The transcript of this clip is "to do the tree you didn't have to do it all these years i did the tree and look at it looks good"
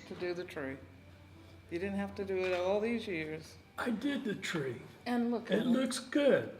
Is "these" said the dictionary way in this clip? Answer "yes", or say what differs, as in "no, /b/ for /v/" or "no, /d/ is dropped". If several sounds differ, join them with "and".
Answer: yes